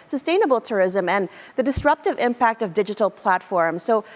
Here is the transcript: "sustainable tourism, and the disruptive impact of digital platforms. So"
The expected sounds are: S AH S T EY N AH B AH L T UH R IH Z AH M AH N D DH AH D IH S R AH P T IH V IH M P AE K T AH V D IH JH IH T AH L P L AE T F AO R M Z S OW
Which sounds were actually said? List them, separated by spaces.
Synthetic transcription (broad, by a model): S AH S T EY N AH B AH L T UH R IH Z AH M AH N DH AH D IH S R AH P T IH V IH M P AE K T AH V D IH JH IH T L P L AE T F AO R M Z S OW